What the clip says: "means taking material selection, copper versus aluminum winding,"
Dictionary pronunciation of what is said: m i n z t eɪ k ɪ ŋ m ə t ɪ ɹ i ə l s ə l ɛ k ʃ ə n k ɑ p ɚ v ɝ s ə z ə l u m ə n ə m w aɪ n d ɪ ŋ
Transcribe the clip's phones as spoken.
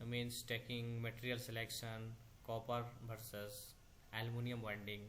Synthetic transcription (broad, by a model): m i n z t eɪ k ɪ ŋ m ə t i ɹ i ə l s ə l ɛ k ʃ ə n k ɑ p ɚ b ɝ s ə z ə l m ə n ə m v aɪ n d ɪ ŋ